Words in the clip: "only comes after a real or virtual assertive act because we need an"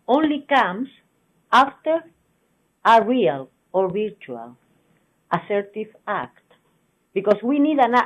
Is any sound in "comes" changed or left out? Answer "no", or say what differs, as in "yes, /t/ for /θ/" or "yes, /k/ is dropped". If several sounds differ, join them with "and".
yes, /s/ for /z/